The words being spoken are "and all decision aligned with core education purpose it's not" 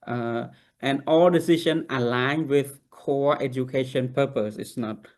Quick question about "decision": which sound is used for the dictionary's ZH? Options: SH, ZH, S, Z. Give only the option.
SH